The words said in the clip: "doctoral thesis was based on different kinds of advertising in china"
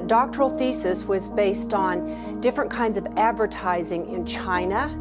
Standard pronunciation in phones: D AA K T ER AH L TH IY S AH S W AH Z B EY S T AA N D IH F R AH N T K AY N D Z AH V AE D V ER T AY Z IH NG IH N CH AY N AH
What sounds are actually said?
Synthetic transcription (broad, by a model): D AA K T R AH L TH IY S AH S W AH Z B EY S T N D IH F R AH N K AY N D Z AH V AE D V ER T AY Z IH NG IH N CH AY N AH